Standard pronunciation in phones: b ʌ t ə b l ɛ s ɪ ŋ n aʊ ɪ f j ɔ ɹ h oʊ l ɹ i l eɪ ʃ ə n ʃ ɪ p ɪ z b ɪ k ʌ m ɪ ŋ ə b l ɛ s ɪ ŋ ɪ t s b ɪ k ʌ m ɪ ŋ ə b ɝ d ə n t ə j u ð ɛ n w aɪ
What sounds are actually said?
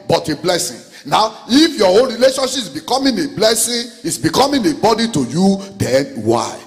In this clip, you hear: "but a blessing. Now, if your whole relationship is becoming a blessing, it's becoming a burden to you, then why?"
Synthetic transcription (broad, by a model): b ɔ t ə b l ɛ s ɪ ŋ n aʊ ɪ f j ɔ oʊ n ɹ i l eɪ ʃ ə n ʃ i p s b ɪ k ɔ m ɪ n ə b l ɛ s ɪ ɪ t s b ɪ k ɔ m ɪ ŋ ə b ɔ d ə t ə j u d ɛ n w aɪ